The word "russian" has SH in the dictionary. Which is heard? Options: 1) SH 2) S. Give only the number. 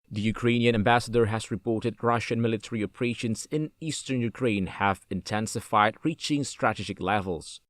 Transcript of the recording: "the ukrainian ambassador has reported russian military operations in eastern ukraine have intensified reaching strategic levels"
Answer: 1